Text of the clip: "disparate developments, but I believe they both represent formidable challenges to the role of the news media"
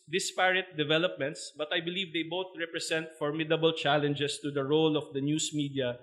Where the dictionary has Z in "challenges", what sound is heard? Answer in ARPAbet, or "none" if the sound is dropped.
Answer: S